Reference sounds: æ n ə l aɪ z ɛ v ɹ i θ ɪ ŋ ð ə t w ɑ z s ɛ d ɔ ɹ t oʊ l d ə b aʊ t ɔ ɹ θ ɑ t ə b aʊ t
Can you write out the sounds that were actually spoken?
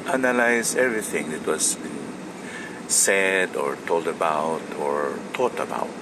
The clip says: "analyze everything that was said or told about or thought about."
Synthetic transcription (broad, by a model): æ n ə l aɪ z ɛ v ɹ i θ ɪ ŋ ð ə t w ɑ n s ɛ d ɔ ɹ t oʊ l d ə b aʊ t ɔ ɹ t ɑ t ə b aʊ t